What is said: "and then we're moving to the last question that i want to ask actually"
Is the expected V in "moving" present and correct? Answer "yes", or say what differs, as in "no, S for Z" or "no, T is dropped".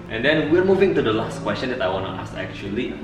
yes